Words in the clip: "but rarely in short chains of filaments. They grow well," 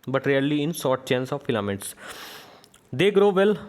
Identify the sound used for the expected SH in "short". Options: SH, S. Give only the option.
S